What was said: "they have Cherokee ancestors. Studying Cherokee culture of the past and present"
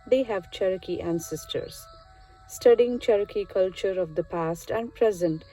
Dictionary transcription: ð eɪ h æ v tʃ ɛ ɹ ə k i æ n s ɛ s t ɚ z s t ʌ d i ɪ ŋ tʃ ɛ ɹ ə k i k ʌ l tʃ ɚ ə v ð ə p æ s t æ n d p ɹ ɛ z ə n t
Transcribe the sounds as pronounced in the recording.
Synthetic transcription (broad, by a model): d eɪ h æ v tʃ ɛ ɹ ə k i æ n s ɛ s t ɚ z s t ʌ d i ɪ ŋ tʃ ɛ ɹ ə k i k ʌ l tʃ ɚ ə v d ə p æ s t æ n d p ɹ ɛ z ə n t